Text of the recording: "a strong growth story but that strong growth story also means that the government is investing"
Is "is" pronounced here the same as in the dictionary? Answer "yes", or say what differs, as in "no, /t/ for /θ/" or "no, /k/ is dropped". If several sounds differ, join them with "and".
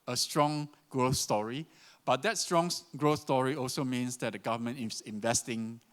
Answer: no, /s/ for /z/